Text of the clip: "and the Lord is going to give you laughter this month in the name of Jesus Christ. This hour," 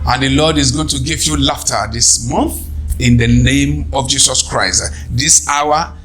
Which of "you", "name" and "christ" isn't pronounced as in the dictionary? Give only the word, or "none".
none